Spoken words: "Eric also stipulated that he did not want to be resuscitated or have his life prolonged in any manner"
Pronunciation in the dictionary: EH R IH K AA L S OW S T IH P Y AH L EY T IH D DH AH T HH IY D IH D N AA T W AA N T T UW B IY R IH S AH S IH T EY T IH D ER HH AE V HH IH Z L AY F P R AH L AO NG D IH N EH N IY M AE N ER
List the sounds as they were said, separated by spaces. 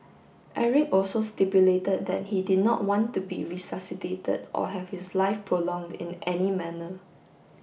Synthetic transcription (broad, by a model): EH R IH K AA L S OW S T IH P Y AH L EY T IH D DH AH T HH IY D IH D N AA T W AA N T T UW B IY R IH S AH S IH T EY T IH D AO HH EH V HH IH S L AY F P R AH L AO NG D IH N EH N IY M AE N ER